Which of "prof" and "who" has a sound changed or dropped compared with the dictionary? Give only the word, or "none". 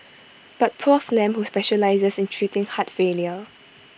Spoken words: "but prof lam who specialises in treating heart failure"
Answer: prof